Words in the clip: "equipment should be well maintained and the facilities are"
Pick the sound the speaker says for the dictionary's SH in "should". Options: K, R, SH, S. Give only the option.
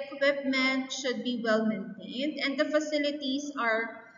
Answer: SH